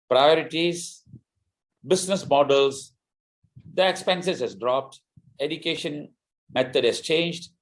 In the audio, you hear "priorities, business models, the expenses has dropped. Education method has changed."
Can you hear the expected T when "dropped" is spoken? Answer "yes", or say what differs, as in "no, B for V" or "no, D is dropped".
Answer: yes